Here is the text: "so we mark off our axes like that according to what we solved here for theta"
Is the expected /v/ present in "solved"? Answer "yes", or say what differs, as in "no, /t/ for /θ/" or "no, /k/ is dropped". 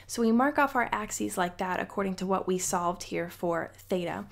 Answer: yes